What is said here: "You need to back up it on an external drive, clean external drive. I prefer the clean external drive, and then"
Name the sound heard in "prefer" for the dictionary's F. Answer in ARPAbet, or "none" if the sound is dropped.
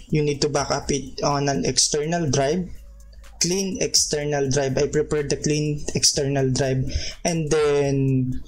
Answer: P